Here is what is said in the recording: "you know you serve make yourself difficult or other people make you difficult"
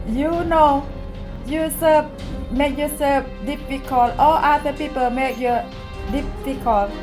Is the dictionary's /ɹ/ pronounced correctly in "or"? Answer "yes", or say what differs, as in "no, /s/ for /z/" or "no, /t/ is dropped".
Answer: no, /l/ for /ɹ/